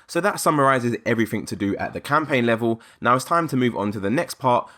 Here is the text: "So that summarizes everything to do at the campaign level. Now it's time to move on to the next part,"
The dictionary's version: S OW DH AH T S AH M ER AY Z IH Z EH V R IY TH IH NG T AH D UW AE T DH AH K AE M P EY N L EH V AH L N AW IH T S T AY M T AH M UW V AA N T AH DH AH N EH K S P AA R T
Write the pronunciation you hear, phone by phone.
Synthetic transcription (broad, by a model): S OW DH AH T S AH M ER AY Z IH Z EH V R IY TH IH NG T AH D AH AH T DH AH K AE M P EY N L EH V AH L N AW IH T S T AY M T AH M UW V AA N T AH DH AH N EH K S P AA T